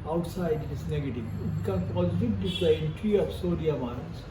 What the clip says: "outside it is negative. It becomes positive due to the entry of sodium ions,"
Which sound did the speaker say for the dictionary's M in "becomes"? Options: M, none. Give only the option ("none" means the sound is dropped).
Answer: none